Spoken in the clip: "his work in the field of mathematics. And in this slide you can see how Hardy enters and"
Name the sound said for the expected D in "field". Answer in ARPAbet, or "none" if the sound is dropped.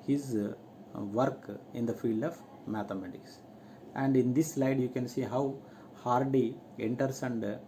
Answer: D